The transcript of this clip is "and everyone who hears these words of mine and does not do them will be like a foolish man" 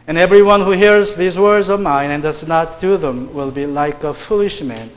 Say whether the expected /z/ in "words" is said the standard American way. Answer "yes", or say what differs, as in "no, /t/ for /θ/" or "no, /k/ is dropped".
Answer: yes